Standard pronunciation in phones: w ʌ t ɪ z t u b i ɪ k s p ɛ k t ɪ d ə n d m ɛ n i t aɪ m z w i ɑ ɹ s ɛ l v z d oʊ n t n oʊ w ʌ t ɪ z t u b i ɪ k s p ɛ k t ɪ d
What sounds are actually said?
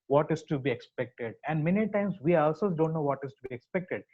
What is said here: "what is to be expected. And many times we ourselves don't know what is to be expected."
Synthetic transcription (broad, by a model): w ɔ t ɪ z t u b i ɪ k s p ɛ k t ɪ d ə n d m ɛ n i t aɪ m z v i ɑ l s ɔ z d oʊ n t n oʊ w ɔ t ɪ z t u b i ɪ k s p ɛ k t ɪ d